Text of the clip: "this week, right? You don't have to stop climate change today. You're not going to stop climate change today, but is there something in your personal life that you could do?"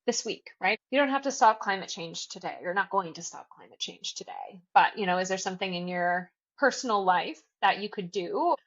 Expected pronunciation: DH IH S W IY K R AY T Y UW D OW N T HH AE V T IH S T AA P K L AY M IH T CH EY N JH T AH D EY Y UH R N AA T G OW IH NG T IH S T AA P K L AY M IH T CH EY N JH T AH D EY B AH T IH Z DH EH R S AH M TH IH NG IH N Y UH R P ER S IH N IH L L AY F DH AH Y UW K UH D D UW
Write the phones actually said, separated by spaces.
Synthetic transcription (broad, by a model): DH IH S W IY K R AY T Y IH D OW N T HH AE F T IH S T AA P K L AY M IH T CH EY N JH T AH D EY Y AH R N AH T G OW IH NG T IH S T AA P K L AY M IH T CH EY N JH T AH D EY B AH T IH Z DH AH R S AH M TH IH NG IH N Y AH R P ER S N L L AY F DH AH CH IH K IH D D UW